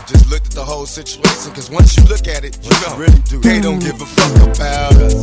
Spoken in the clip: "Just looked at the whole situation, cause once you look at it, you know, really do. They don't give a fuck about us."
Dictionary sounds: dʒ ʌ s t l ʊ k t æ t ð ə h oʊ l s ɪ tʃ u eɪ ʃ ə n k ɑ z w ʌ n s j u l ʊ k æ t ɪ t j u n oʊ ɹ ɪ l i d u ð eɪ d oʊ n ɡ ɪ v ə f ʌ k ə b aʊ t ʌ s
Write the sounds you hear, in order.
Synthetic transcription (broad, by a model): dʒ ʌ s t l ʊ k t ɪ t ð ə h oʊ l s ɪ tʃ u eɪ ʃ ə n k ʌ z w ʌ n s j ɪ l ʊ k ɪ t ɪ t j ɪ n oʊ ɹ ɪ l i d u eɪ d oʊ n ɡ ɪ v ə f ʌ k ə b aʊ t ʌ